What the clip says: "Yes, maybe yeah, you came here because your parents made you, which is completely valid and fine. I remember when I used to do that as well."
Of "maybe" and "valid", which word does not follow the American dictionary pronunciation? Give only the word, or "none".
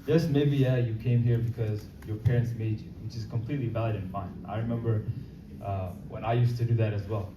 none